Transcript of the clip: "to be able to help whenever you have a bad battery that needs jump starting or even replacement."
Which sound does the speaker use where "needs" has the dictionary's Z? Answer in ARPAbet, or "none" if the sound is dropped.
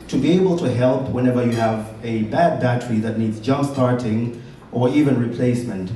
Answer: Z